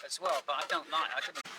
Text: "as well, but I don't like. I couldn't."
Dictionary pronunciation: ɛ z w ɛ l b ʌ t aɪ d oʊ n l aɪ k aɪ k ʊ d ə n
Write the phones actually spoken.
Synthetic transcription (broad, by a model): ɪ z w ɛ l b ʌ t aɪ d oʊ n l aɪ aɪ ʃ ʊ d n